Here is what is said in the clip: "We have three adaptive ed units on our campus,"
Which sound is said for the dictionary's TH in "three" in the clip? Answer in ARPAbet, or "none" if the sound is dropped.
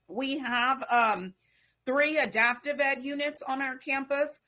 TH